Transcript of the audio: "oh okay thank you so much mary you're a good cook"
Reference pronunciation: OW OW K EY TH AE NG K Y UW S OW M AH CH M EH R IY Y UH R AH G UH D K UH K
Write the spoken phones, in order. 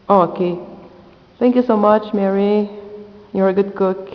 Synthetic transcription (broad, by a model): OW OW K EY T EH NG K Y UW S OW M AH CH M EH R IY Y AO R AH G UH D K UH K